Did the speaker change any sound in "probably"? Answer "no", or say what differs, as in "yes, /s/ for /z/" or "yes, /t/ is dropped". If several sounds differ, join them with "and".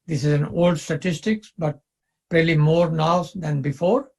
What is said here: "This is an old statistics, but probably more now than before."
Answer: yes, /b/ is dropped